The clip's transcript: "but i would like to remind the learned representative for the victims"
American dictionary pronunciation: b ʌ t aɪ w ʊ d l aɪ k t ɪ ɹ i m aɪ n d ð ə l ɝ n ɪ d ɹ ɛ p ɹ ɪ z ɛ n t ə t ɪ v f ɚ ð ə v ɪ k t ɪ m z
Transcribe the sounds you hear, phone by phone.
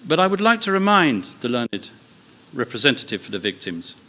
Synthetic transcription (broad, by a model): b ʌ t aɪ w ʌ d l aɪ k t ɪ ɹ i m aɪ n ð ə l ɝ n ɪ d ɹ ɛ p ɹ ɪ z ɛ n t ə t ɪ v f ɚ ð ə v ɪ k t ɪ m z